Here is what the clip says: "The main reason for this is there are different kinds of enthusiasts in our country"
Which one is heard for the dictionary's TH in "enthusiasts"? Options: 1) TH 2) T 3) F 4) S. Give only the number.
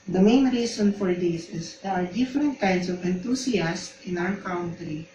2